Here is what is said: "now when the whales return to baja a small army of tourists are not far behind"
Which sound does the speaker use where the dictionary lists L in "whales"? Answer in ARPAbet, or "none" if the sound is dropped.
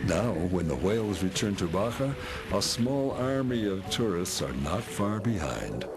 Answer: L